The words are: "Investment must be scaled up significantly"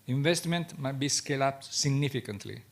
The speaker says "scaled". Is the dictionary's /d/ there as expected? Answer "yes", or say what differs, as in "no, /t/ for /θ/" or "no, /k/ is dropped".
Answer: no, /d/ is dropped